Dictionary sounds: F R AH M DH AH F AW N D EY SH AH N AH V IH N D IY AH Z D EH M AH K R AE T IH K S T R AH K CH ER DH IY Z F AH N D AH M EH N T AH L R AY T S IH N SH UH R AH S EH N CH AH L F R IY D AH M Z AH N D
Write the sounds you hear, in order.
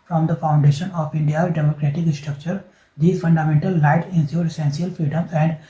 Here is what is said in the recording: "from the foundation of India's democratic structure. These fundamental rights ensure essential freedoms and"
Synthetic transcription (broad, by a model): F R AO M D AH F AW N D EY SH AH N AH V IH N D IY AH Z D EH M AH K R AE T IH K S T R AH K CH ER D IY F AH N D AH M EH N T AH L AY T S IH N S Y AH S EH N S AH L F R IY D AH M AH N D